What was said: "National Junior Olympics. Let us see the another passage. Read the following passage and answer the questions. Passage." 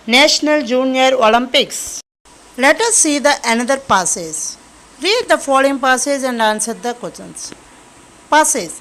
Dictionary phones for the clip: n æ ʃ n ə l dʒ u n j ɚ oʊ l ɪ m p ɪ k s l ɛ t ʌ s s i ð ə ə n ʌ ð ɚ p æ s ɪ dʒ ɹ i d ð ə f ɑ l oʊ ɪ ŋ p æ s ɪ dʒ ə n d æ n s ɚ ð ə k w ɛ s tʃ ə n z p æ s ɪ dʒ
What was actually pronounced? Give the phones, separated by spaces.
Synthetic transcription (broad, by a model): n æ ʃ n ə l dʒ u n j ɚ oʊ l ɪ m p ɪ k s l ɛ t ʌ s s i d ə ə n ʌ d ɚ p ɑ s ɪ z ɹ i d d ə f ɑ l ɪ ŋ p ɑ s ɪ z ə n d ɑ n s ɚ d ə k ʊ tʃ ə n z p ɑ s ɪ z